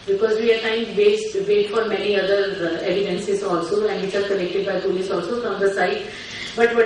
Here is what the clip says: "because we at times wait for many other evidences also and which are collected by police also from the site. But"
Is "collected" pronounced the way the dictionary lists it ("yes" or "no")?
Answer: no